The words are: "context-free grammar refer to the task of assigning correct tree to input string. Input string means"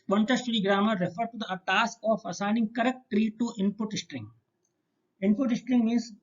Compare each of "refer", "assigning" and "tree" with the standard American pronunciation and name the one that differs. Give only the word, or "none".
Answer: none